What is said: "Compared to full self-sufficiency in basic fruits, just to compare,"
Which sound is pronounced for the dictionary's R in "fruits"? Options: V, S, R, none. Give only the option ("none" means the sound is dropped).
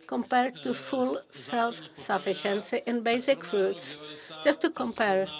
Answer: none